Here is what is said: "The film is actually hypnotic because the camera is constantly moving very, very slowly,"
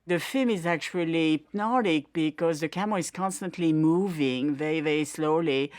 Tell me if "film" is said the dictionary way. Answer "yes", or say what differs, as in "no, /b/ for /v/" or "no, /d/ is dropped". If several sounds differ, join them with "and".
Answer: yes